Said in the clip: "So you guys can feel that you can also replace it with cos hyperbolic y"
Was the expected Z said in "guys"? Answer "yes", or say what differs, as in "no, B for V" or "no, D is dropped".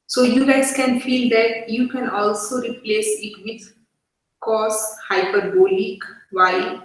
no, S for Z